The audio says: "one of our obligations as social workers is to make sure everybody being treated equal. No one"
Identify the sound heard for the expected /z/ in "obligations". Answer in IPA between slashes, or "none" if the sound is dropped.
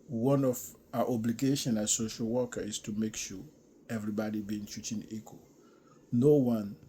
none